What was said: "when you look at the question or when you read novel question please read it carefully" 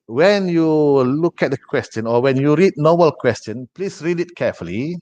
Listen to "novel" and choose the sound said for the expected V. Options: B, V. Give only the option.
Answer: B